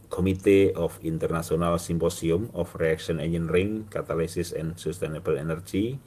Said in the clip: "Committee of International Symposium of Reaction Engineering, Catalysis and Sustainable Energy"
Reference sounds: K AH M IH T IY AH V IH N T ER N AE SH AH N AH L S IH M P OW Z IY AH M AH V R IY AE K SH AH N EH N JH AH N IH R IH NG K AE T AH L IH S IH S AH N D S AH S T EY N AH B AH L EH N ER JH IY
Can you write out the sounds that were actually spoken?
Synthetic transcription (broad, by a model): K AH M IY T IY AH F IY N T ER N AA S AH N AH L S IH M P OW S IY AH M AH F R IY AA K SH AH N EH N AH N R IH NG K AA T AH L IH S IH S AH N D S AH S T EY N AH B AH L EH N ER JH IY